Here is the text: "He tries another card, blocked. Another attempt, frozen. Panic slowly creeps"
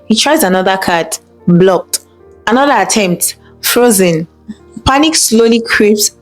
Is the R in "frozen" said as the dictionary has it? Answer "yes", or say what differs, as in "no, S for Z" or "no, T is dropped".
yes